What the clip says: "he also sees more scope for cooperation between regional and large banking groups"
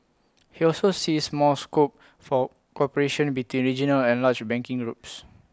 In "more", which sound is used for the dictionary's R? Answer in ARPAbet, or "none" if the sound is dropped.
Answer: L